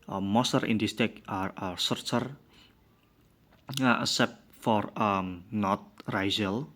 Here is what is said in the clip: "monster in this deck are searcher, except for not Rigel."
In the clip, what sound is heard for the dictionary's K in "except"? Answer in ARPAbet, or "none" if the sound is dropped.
none